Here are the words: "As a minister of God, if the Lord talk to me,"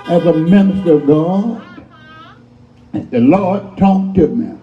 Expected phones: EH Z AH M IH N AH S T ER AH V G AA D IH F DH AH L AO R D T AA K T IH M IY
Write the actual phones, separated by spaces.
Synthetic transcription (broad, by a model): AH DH AH M IH N AH S T ER AH V G AA D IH DH AH L AO R D T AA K T IH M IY